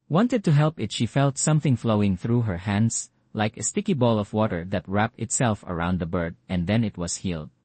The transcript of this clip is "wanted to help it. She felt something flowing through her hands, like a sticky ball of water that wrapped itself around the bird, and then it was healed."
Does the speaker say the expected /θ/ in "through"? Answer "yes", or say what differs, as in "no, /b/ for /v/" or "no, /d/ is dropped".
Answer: yes